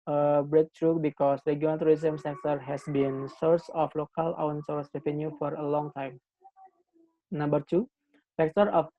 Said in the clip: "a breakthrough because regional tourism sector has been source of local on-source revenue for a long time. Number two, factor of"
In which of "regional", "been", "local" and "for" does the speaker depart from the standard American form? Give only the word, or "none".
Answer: regional